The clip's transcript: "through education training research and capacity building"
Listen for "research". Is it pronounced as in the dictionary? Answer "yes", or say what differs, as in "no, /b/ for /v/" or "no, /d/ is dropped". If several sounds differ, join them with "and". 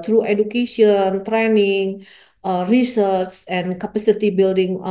no, /s/ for /tʃ/